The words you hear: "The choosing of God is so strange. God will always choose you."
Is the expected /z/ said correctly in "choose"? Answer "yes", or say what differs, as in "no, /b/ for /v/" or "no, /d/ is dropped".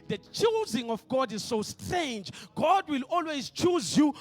yes